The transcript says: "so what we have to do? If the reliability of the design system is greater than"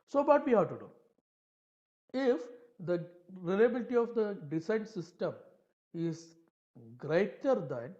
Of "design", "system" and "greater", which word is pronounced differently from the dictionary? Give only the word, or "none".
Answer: design